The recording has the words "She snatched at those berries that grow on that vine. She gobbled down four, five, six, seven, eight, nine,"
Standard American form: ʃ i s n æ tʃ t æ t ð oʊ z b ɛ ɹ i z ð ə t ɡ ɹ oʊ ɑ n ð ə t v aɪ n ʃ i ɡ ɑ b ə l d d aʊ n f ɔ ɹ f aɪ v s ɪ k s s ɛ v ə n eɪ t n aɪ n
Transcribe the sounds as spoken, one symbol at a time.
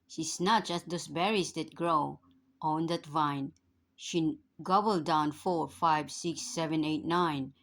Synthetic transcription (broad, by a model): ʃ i s n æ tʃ æ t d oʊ s b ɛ ɹ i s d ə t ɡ ɹ oʊ ɑ n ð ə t v aɪ n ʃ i ɡ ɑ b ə l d d aʊ n f ɔ ɹ f aɪ v s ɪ k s s ɛ v ə n eɪ t n aɪ n